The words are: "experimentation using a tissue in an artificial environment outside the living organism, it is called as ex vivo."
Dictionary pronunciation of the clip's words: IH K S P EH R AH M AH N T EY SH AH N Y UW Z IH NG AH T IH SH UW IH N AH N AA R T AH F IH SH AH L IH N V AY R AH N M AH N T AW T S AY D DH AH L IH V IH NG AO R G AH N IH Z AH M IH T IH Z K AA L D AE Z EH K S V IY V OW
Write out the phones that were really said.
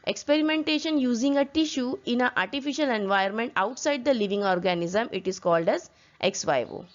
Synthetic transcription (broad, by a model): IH K S P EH R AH M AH N T EY SH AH N Y UW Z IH NG AH T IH SH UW IH N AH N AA R T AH F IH SH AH L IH N V AY AH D M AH N T AW T S AY D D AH L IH V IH NG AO R G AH N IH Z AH M IH T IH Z K AA L D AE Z EH K S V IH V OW